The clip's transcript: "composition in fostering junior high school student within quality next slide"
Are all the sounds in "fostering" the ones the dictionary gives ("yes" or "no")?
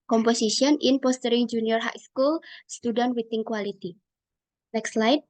no